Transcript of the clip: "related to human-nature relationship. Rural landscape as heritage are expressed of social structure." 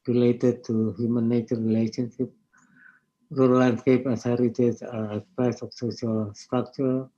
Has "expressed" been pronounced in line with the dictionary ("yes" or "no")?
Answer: no